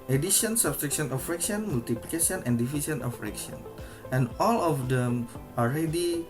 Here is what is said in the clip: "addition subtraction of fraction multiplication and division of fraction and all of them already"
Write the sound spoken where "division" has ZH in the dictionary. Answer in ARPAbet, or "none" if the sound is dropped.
S